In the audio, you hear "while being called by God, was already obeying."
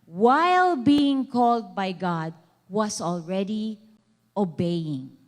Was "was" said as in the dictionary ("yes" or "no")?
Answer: no